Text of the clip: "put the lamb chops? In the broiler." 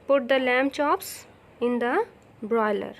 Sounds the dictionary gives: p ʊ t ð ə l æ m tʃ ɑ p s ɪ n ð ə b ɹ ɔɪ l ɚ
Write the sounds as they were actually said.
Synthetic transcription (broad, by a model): p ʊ t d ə l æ m tʃ ɑ p s ɪ n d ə b ɹ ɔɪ l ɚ